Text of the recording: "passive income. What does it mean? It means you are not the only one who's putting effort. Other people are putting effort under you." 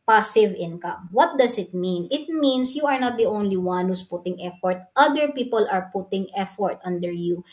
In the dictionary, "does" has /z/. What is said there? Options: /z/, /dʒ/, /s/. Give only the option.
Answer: /s/